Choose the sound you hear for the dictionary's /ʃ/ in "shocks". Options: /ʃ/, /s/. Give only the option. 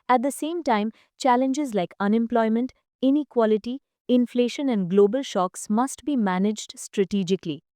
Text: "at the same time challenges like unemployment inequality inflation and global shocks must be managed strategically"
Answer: /ʃ/